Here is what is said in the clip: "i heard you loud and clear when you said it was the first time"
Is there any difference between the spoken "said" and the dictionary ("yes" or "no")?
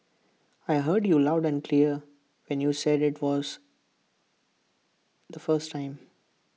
no